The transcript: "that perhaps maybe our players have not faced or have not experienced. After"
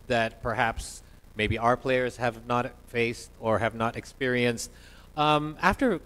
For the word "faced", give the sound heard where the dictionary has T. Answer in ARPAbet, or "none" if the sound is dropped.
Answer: T